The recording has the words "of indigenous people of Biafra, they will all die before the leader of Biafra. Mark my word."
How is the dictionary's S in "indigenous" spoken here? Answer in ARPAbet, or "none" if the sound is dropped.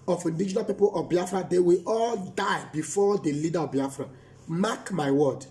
none